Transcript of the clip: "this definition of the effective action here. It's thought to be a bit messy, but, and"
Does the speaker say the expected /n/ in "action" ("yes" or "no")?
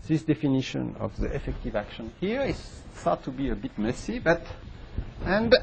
yes